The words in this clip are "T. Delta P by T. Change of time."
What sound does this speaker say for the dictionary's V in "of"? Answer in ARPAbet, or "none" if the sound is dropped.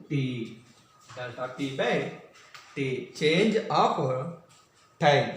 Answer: P